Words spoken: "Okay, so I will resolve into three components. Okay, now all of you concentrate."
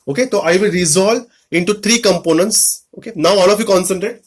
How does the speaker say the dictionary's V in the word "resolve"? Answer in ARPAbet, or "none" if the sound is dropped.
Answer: none